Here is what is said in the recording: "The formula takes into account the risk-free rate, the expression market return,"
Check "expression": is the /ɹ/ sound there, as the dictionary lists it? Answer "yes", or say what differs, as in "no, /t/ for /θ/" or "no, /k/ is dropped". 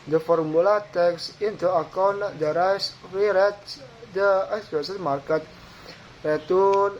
no, /ɹ/ is dropped